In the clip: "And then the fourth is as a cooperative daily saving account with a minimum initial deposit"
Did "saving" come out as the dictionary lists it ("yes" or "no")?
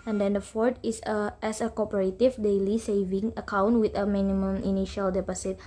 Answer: yes